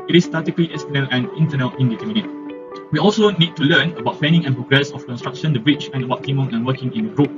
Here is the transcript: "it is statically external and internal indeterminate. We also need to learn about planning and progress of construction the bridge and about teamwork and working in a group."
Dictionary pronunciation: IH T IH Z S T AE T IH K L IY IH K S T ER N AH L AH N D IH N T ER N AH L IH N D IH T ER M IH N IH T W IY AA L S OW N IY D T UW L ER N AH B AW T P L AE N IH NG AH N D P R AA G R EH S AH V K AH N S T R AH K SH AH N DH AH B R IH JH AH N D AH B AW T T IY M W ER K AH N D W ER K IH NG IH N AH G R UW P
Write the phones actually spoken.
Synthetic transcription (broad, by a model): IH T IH S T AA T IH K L IY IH S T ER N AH L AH N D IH N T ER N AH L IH N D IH T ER M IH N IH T W IY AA L S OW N IY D T UW L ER N AH B AW T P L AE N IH NG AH N P R AA G R EH S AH F K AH N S T R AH K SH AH N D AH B R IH CH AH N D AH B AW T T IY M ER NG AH N W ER K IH NG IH N AH G R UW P